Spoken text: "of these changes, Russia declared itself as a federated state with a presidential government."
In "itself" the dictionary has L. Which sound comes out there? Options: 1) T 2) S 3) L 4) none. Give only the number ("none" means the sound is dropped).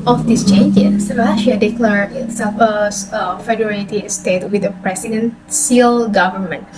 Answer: 4